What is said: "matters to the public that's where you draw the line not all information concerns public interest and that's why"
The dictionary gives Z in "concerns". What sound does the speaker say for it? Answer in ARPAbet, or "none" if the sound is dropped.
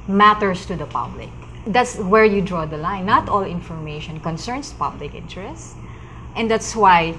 S